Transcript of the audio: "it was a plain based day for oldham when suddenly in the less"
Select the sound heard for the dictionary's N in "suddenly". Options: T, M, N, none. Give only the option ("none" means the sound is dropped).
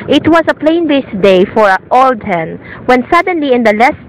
N